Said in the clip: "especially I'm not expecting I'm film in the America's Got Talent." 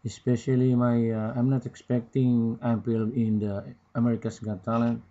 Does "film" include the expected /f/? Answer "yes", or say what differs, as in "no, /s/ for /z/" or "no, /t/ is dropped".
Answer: no, /p/ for /f/